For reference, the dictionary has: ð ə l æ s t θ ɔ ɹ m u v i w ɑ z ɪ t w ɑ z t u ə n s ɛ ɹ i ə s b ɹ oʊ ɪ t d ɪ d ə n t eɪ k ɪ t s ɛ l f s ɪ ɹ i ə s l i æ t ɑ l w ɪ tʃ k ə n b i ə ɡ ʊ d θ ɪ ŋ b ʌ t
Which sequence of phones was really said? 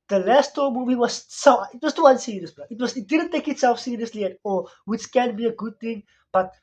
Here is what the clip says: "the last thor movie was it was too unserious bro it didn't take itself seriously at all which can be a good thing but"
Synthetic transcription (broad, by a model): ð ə l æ s t t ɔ m u v i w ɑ s ɪ t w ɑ s t u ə n s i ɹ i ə s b w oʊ ɪ t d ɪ d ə n t eɪ k ɪ t s ɛ l f s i ɹ i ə s l i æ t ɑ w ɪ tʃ k ə n b i ə ɡ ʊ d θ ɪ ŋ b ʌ t